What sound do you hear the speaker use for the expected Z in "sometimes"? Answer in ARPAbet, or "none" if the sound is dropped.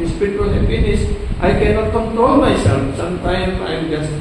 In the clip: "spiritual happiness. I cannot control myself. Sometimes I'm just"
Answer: none